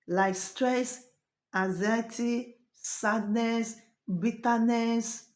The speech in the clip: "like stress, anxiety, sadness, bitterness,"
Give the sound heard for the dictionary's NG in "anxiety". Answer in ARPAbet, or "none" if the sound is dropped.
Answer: none